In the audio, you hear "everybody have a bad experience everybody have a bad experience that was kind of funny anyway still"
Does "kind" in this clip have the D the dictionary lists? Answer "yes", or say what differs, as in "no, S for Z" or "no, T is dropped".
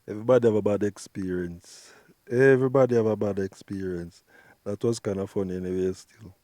no, D is dropped